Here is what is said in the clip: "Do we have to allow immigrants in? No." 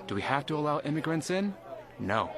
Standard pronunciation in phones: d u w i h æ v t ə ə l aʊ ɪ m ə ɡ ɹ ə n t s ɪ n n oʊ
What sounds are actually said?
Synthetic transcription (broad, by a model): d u w i h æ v t ə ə l aʊ ɪ m ə ɡ ɹ ə n t s ɪ n n oʊ